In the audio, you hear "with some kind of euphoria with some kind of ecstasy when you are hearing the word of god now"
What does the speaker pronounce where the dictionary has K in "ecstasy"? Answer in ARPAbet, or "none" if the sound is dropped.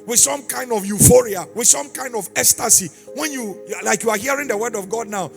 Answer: none